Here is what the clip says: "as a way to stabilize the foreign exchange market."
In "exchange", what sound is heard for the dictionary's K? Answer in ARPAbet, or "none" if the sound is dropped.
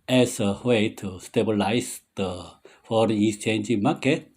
none